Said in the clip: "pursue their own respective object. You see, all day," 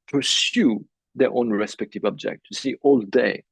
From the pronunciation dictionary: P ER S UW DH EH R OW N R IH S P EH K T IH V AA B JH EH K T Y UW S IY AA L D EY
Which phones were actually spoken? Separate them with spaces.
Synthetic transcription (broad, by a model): P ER S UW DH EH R OW N R IH S P EH K T IH V AA B JH EH K T Y UW S IY AA L D EY